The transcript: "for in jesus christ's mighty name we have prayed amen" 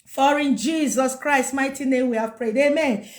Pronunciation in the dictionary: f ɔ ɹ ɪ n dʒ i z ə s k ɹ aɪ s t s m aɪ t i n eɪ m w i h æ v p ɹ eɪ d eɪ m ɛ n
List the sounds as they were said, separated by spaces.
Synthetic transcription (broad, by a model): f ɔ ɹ ɪ n dʒ i z ə s k ɹ aɪ s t m aɪ t i n eɪ m w i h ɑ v p ɹ eɪ d eɪ m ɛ n